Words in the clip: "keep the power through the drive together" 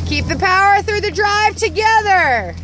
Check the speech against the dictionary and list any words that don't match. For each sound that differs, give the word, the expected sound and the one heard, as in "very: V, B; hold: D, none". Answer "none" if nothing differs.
none